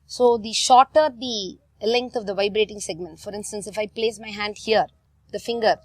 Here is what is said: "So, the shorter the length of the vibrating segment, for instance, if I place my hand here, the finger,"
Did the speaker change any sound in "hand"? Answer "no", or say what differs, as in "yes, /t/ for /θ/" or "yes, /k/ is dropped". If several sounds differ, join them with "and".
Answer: no